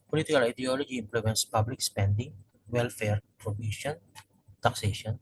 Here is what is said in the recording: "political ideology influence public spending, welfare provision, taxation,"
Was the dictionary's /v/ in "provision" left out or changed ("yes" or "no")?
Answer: yes